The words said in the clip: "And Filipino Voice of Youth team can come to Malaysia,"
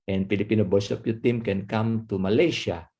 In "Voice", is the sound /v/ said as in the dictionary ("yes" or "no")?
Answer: no